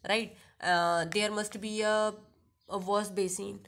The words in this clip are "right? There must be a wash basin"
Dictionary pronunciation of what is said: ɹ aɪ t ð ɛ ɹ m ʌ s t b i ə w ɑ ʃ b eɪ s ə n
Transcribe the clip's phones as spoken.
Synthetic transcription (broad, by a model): ɹ aɪ t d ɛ ɹ m ʌ s t b i ə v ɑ s b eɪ s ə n